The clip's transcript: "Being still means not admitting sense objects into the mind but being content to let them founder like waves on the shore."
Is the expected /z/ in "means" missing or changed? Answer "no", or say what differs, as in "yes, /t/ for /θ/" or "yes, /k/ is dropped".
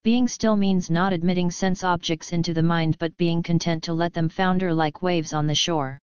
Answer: no